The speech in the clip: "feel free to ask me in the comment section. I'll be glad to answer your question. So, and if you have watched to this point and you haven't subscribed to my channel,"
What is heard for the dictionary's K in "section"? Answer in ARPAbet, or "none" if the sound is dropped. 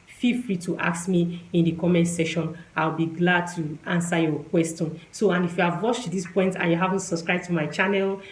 none